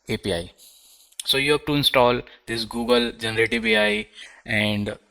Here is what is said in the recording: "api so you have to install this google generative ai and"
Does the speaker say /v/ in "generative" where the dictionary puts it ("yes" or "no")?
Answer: no